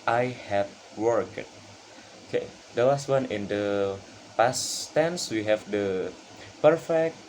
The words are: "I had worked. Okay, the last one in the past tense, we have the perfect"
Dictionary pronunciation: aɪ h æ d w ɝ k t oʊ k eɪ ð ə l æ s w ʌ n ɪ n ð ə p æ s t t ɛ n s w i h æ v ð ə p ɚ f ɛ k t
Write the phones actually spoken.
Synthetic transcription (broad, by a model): aɪ h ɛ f w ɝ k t oʊ k eɪ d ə w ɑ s w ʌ n ɪ n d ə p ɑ s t t ɛ n s w i h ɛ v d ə p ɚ f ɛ k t